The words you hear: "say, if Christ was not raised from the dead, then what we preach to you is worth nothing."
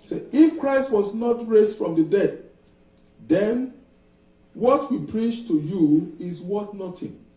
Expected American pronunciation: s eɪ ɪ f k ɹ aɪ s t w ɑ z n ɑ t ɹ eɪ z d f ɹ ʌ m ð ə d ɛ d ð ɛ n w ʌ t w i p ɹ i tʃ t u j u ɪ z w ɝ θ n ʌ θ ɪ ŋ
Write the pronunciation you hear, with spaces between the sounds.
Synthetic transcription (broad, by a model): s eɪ ɪ f k ɹ aɪ s t w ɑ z n ɑ t ɹ eɪ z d f ɹ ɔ m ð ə d ɛ d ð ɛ n w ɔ t w i p ɹ i tʃ t u j u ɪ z w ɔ t n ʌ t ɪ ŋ